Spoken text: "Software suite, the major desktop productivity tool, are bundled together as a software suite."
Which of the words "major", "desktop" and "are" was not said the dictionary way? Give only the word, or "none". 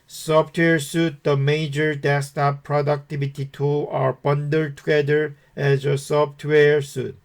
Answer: desktop